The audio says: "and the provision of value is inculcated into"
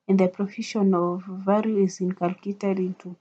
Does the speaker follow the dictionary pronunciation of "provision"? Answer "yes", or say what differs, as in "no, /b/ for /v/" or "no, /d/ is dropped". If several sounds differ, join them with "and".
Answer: no, /f/ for /v/ and /ʃ/ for /ʒ/